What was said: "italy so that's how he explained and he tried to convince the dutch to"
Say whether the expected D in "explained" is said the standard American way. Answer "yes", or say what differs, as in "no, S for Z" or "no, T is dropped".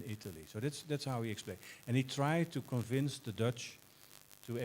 no, D is dropped